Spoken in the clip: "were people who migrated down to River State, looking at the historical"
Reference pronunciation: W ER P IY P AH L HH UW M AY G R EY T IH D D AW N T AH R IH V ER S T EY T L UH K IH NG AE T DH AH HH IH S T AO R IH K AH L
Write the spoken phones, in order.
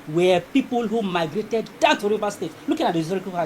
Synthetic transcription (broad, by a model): W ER P IY P AH L HH UW M AY G R EY T IH D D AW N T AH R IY V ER S T EY T L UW K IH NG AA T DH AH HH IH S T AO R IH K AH